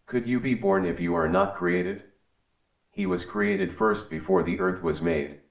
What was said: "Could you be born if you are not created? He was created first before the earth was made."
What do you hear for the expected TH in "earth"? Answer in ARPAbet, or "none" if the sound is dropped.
TH